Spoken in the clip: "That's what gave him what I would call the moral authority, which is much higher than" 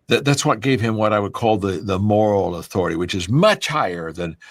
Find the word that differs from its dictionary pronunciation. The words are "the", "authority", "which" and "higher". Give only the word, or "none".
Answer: none